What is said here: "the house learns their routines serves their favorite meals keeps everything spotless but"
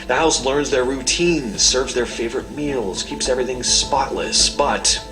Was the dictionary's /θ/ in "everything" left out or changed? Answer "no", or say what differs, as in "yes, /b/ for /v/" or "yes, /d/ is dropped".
no